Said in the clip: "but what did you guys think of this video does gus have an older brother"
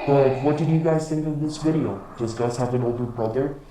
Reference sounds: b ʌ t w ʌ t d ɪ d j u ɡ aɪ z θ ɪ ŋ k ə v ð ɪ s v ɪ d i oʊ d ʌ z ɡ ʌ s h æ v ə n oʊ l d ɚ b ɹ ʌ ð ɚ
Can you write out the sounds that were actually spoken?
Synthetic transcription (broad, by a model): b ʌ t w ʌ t d ɪ d j u ɡ aɪ z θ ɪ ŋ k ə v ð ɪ s v ɪ d i oʊ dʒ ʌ s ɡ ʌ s h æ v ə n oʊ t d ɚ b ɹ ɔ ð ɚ